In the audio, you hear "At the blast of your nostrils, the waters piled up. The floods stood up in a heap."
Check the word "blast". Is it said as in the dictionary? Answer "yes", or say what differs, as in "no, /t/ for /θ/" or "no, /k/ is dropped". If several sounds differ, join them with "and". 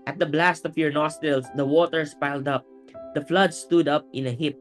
yes